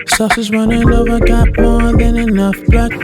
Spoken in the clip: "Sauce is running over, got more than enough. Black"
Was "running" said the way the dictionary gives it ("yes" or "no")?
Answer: no